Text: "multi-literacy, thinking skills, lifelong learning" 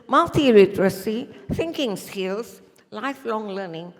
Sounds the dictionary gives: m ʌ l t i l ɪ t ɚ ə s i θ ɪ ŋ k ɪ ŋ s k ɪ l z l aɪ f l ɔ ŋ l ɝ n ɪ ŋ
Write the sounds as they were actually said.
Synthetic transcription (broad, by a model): m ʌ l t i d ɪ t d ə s i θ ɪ ŋ k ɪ ŋ s k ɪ l s l aɪ f l ɔ ŋ l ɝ n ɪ ŋ